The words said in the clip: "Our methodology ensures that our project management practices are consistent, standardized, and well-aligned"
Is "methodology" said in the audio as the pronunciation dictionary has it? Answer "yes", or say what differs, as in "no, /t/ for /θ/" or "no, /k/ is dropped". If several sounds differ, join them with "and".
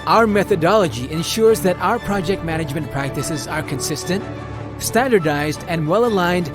yes